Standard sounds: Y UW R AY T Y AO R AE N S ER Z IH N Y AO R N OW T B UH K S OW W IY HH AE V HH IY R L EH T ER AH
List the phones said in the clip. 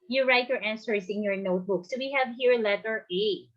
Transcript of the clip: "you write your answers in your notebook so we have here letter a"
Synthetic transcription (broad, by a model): Y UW R AY T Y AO R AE N S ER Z IH N Y AO R N OW T B UH K S OW W IY HH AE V HH IY R L EH T ER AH